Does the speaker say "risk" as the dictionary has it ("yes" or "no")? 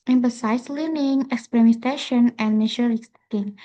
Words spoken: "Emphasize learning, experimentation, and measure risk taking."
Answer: no